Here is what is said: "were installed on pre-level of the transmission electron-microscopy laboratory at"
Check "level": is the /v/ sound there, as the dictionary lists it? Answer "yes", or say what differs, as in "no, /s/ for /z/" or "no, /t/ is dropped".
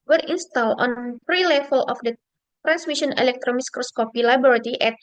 no, /f/ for /v/